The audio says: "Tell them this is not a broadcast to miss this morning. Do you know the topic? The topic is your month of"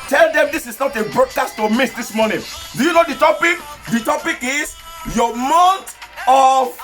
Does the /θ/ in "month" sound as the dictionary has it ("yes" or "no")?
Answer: no